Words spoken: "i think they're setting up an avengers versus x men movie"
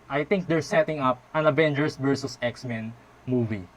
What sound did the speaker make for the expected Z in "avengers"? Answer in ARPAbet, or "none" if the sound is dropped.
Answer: S